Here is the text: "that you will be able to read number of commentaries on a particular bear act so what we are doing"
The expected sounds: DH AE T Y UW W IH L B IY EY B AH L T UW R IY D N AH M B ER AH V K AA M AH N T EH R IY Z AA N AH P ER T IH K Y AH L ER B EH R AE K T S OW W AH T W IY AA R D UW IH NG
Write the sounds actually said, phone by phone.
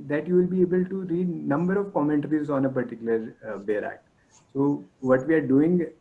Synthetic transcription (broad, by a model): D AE T Y UW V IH L B IY EY B AH L T UW R IY D N AH M B ER AH V K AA M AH N T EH R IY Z AA N AH P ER T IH K Y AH L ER B EH R AE K T S OW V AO T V IY AA R D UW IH NG